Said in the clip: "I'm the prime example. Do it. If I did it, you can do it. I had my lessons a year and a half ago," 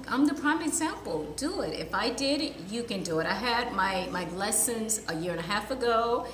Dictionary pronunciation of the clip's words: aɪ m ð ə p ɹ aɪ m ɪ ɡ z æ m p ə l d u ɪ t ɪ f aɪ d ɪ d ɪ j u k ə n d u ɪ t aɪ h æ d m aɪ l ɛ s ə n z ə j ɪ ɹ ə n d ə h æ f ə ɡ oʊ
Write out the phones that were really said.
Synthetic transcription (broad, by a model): aɪ m ð ə p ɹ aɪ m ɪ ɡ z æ m p l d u ɪ t ɪ f aɪ d ɪ d j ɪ k ə n d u ɪ t aɪ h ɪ d m aɪ l ɛ s ə n z ə j ɪ ɹ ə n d ə h æ f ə ɡ oʊ